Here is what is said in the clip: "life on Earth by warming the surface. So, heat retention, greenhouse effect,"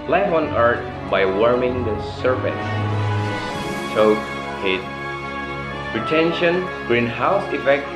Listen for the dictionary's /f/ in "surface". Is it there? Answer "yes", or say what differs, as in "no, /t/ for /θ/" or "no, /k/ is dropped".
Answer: no, /p/ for /f/